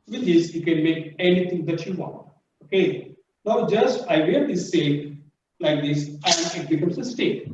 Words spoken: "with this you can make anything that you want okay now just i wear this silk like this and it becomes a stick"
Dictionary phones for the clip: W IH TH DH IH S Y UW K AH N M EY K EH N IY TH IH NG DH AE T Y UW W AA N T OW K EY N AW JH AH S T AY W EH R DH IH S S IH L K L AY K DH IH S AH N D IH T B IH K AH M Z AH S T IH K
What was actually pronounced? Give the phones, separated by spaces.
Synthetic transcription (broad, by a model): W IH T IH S Y UW K AH N M EY K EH N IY T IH NG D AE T Y UW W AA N T OW K EY N AW JH AH S T AY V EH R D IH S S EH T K L AY K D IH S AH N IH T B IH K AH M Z AH S T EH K